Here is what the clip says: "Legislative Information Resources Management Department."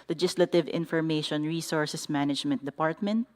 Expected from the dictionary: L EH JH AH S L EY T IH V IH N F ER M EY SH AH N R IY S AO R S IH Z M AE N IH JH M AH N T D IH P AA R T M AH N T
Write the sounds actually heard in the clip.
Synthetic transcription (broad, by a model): L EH JH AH S L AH T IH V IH N F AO M EY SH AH N R IY S AO R S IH S M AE N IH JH M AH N T D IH P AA R T M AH N T